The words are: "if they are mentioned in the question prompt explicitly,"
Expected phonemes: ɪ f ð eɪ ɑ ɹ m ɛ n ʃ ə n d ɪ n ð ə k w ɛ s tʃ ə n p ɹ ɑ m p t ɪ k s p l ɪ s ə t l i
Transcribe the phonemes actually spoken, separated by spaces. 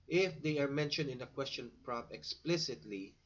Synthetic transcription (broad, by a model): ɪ f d eɪ ɑ ɹ m ɛ n ʃ ə n d ɪ n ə k w ɛ s tʃ ə n p ɹ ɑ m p ɪ k s p l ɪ s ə t l i